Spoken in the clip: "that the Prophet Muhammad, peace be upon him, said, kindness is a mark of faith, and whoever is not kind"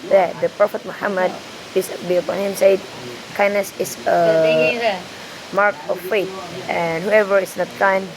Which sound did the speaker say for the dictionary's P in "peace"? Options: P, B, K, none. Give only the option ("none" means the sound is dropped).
B